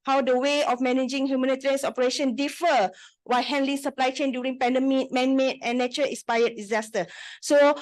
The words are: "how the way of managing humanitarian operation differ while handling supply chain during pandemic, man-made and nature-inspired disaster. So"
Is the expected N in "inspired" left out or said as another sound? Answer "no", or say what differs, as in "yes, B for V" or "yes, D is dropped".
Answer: yes, N is dropped